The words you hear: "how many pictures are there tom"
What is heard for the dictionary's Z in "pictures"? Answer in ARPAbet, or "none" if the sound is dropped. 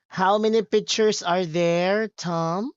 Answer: S